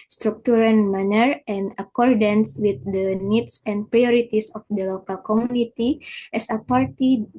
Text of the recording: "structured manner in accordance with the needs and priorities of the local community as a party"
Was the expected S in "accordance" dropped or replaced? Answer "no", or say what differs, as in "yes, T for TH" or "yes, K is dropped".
no